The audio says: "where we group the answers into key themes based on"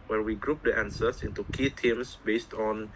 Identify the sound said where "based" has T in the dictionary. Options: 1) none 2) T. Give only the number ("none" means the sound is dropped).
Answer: 2